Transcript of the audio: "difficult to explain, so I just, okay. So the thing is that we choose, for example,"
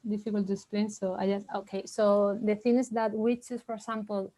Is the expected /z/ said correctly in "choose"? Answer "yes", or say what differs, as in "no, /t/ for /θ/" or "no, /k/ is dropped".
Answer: no, /s/ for /z/